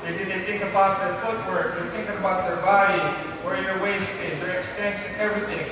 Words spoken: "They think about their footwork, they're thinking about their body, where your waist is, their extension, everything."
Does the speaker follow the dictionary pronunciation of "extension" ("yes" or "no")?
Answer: no